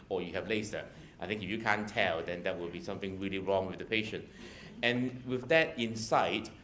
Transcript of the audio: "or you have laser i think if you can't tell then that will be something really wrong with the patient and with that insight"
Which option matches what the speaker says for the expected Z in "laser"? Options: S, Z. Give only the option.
S